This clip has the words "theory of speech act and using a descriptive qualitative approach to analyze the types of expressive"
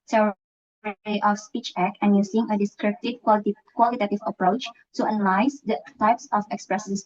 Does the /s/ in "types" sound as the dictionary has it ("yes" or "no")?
yes